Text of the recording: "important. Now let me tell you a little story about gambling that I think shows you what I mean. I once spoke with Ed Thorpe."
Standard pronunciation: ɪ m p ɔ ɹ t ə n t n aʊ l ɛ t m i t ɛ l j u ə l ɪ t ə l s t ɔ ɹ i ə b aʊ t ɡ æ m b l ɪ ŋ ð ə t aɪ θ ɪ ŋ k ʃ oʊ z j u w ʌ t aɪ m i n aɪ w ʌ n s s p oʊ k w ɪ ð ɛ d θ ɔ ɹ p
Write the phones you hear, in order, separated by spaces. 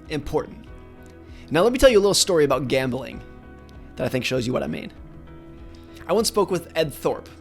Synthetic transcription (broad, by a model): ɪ m p ɔ ɹ t n t n aʊ l ɛ t m i t ɛ l j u ə l ɪ t l s t ɔ ɹ i ə b aʊ t ɡ æ m b l ɪ ŋ ð ə t aɪ θ ɪ ŋ k ʃ oʊ z j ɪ w ʌ t aɪ m i n aɪ w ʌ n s s p oʊ k w ɪ ð ɛ d θ ɔ ɹ p